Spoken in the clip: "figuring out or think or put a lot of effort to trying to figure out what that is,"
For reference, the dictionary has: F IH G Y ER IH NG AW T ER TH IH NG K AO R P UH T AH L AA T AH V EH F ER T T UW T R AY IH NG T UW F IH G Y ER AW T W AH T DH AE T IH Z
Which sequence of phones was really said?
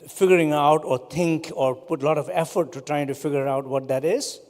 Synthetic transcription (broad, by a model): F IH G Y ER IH NG AW T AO T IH NG K AO R P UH T L AA T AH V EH F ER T T UW T R AY IH NG T UW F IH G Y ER AW T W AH T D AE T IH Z